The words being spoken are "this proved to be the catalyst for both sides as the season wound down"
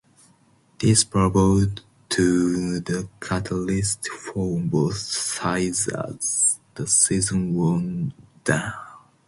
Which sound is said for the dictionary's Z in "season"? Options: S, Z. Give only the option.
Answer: Z